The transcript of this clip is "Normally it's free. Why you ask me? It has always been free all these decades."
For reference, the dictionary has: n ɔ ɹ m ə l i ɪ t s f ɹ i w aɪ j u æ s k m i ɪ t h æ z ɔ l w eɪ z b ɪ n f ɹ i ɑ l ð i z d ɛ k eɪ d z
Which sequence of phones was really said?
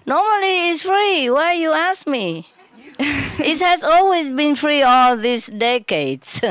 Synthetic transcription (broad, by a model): n ɔ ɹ m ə l i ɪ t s f ɹ i w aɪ j u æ s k m i ɪ t h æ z ɔ l w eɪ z b ɪ n f ɹ i ɑ l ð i s d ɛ k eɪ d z